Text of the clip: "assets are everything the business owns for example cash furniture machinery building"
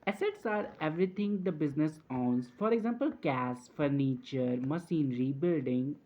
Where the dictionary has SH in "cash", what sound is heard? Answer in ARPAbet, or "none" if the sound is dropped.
S